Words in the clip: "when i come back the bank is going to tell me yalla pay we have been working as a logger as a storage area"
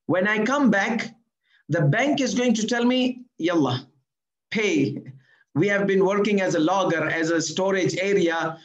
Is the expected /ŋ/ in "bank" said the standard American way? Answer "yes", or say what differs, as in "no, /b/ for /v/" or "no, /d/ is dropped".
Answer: yes